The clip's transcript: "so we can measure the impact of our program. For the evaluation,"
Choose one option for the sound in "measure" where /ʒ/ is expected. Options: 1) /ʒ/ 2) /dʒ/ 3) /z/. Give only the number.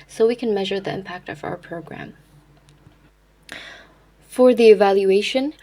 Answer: 1